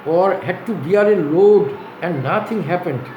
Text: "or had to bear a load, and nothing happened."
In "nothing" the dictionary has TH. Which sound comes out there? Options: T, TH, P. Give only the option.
T